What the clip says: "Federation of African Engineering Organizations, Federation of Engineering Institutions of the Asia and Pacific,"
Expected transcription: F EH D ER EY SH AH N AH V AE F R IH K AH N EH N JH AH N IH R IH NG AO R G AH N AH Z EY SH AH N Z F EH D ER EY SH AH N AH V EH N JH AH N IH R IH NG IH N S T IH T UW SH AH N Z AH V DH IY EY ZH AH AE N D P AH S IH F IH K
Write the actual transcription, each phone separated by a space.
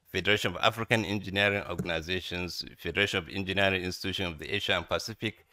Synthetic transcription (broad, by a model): F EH D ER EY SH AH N AH V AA F R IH K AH N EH N JH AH N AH R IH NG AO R G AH N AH Z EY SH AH N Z F EH D ER EY SH AH N AH V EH N JH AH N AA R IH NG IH N S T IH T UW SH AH N AH V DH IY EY SH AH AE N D P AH S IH F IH K